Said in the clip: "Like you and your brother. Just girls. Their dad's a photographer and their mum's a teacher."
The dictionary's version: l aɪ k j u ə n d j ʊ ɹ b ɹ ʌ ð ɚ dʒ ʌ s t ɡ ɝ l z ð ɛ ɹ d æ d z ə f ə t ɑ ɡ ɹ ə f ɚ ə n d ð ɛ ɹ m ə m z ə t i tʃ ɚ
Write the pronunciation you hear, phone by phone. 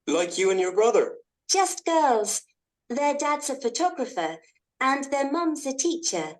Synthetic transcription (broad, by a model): l aɪ k j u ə n j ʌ ɹ b ɹ ʌ ð ɚ dʒ ʌ s t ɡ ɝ l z ð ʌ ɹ d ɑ d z ə f ə t ɑ ɡ ɹ ə f ɚ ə n ð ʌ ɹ m ə m z ə t i tʃ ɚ